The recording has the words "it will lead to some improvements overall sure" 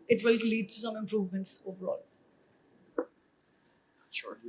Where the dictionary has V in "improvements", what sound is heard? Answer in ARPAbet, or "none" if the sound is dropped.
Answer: V